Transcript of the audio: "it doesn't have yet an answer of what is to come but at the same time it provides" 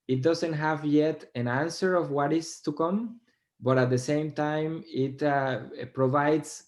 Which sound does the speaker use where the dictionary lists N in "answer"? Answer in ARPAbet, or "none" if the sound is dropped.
N